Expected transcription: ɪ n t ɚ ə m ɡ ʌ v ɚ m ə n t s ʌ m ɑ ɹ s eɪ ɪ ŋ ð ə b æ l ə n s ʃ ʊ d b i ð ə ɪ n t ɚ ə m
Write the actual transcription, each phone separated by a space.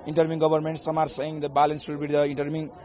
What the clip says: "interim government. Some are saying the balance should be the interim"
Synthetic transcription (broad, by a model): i n t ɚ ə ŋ ɡ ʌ b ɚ m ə n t s ʌ m ɑ ɹ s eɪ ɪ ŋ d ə b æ l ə n s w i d b i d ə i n t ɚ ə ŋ